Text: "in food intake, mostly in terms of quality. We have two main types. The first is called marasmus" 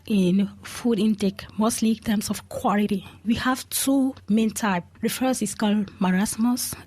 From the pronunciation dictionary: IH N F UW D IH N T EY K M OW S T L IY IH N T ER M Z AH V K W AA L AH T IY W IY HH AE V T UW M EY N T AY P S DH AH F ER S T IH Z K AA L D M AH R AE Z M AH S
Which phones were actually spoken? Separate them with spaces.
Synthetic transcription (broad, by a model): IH N F UW D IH N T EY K M OW S T L IY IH N T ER M S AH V K W AA L AH T IY W IY HH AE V T UW M EY N T AY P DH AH F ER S IH S K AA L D M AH R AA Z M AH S